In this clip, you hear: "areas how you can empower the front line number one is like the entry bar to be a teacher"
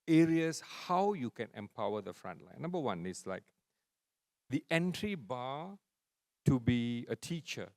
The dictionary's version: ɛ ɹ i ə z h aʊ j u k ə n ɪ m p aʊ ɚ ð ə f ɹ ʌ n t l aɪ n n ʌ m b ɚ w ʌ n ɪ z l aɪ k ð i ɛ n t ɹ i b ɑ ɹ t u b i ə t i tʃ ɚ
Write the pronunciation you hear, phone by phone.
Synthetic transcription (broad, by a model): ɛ ɹ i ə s h aʊ j u k ə n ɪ m p aʊ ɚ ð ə f ɹ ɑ n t l aɪ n n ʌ m b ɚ w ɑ n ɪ s l aɪ k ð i ɛ n t ɹ i b ɑ t u b i ə t i tʃ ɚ